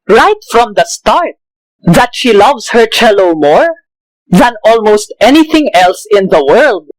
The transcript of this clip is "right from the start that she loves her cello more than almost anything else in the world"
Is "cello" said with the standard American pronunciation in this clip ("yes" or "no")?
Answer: yes